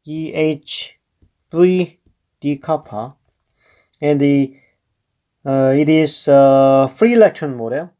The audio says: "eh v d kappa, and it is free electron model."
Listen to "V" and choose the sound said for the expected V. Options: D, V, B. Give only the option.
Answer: B